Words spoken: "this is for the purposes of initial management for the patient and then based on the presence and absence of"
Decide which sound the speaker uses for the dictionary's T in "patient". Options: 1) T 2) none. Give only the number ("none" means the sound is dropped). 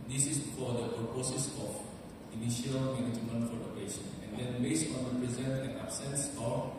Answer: 2